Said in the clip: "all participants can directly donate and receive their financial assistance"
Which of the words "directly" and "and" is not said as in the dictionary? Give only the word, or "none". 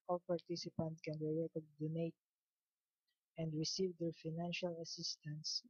directly